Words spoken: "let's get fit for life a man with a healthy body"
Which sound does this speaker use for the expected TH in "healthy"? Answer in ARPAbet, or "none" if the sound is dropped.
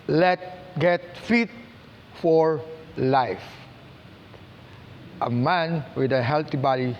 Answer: T